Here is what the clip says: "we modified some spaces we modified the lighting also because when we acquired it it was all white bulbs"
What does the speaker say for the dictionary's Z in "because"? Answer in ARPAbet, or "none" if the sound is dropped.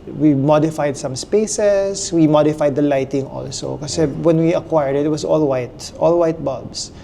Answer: none